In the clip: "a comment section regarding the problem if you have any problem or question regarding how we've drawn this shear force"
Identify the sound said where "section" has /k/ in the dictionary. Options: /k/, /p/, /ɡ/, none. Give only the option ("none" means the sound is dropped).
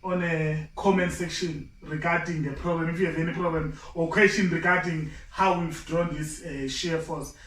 /k/